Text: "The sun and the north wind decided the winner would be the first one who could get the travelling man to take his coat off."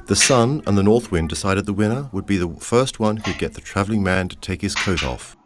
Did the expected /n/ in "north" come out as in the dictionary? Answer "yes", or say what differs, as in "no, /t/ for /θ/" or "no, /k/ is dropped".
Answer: yes